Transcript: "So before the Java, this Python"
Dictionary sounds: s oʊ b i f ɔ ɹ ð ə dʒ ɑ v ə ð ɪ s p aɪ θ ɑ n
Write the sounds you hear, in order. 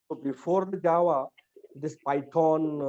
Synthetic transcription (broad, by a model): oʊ b i f ɔ ɹ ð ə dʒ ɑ w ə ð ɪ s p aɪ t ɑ n